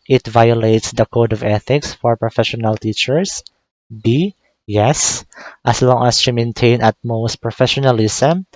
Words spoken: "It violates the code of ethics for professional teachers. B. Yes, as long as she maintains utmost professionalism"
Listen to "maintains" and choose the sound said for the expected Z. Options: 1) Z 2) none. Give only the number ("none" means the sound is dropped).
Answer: 2